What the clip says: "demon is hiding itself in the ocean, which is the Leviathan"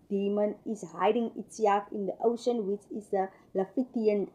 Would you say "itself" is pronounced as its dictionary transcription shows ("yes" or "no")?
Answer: no